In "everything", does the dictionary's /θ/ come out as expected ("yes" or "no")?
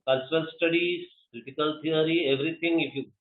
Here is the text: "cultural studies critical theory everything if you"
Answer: no